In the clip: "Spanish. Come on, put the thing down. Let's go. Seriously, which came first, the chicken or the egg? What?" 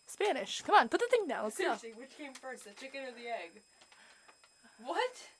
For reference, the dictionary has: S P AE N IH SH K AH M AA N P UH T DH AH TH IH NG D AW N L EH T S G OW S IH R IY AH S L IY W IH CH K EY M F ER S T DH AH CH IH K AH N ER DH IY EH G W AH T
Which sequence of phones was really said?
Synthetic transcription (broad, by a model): S P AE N IH SH K AH M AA N P UH T DH AH TH IH NG D AW N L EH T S G OW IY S IY W IH CH K EY M F ER S T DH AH CH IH K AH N ER DH IY EH G W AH T